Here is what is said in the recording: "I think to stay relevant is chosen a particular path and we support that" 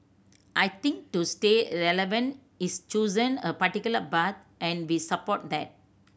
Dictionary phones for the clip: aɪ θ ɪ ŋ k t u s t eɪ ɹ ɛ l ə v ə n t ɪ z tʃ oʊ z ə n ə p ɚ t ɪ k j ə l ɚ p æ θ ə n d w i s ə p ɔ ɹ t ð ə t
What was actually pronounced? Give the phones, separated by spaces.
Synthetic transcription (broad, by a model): aɪ t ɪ ŋ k t u s t eɪ ɹ ɛ l ə v ə n t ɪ s tʃ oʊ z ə n ə p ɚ t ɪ k j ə l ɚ b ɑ t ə n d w i s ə p ɔ t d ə t